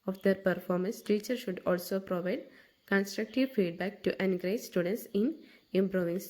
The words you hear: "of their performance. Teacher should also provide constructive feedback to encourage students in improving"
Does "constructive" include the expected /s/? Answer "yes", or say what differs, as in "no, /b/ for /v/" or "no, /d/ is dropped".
yes